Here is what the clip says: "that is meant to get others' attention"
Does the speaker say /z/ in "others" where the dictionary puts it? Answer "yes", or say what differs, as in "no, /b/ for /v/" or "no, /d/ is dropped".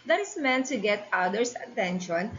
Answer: no, /s/ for /z/